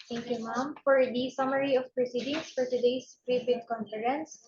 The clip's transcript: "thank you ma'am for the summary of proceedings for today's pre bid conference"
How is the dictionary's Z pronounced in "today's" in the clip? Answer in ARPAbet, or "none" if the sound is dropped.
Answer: S